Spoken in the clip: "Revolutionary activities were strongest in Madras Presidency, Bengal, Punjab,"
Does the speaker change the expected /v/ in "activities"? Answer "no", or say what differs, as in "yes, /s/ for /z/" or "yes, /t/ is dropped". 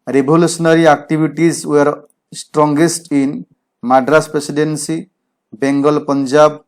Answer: yes, /b/ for /v/